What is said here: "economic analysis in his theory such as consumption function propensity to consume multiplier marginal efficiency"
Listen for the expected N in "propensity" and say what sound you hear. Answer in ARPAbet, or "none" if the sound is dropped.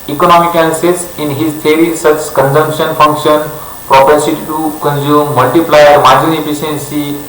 none